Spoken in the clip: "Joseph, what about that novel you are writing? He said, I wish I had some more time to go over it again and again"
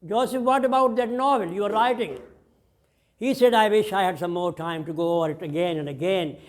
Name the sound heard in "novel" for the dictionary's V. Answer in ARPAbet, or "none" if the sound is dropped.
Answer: V